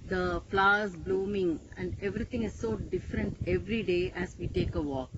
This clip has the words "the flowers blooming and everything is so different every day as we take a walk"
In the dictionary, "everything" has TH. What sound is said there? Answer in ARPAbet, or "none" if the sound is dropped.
T